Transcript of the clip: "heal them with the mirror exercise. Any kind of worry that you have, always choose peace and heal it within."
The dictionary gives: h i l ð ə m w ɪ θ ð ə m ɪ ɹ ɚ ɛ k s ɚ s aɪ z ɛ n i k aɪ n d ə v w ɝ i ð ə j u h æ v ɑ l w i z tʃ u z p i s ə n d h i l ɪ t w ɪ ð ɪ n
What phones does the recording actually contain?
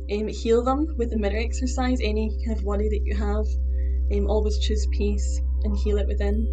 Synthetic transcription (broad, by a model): h i l ð ə m w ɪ ð ə m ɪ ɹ ɚ ɛ k s ɚ s aɪ z ɛ n i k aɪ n ə v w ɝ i ð ə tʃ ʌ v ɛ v ɑ l w i z tʃ u z p i s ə n h i l ɪ t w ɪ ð ɪ n